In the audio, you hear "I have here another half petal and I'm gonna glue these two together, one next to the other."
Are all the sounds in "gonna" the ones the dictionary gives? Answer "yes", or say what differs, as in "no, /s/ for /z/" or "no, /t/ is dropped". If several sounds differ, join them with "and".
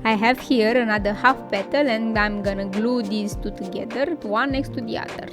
yes